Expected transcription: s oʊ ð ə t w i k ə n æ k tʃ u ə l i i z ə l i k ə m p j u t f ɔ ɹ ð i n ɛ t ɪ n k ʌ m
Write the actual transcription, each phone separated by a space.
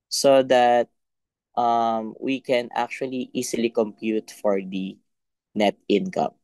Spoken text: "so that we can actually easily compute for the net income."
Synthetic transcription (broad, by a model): s oʊ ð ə t w i k ə n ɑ k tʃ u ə l i i s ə l i k ə m p j u t f ɔ ɹ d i n ɛ t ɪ n k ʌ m